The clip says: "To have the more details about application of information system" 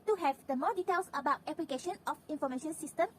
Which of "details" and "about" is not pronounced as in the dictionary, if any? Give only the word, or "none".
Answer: details